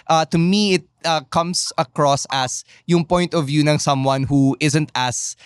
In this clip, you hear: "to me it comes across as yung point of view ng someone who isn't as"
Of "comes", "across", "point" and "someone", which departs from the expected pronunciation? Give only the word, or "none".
comes